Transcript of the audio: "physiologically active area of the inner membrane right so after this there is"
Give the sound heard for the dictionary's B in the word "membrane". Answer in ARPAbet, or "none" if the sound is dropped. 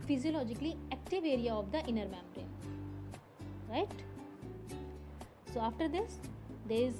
none